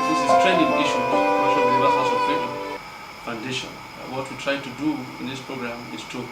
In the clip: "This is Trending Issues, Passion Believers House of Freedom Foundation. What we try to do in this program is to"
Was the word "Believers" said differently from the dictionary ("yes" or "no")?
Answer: yes